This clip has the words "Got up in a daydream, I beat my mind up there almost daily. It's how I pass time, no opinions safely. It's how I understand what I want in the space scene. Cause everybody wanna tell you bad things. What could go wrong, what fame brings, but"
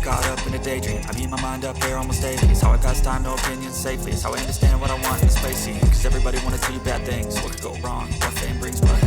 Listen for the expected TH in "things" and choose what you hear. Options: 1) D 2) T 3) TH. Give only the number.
3